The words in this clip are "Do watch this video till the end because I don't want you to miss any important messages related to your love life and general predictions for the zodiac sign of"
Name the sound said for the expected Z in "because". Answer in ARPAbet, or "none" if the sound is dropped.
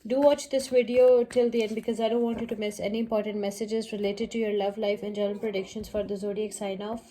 Z